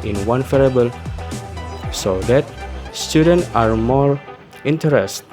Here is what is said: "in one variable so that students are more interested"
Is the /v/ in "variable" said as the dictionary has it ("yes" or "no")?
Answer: no